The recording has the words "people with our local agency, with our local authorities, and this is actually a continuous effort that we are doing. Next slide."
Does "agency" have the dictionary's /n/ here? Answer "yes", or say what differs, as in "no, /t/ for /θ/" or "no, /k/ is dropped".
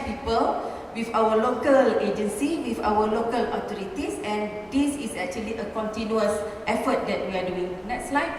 yes